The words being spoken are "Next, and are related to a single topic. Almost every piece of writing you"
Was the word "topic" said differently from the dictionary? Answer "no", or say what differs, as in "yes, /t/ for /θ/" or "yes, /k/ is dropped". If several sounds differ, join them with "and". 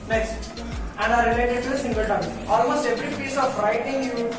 yes, /p/ is dropped